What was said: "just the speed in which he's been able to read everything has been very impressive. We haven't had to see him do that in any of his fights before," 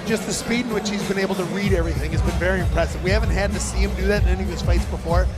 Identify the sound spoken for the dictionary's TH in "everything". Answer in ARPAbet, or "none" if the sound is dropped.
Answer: TH